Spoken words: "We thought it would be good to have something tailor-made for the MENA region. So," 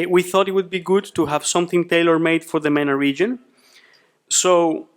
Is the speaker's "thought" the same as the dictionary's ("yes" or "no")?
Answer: yes